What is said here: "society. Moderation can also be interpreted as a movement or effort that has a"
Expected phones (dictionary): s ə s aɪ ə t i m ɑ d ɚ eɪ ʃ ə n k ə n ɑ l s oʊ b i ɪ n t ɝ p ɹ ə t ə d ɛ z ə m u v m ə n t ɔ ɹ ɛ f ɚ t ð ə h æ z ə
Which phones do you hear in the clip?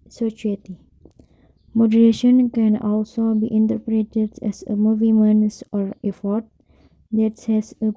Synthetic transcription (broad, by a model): s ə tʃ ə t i m ɑ d ɚ eɪ ʃ ə n k ə n ɑ l s oʊ b i ɪ n t ɝ p ɹ ə t ə d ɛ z ə m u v m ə n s ɔ ɹ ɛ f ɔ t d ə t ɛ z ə